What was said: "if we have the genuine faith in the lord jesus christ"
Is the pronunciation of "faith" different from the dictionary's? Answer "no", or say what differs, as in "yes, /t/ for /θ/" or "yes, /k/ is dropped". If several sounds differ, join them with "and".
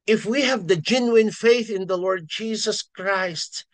no